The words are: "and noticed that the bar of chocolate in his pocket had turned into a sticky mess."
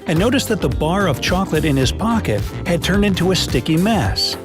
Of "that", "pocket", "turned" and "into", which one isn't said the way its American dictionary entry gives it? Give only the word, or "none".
none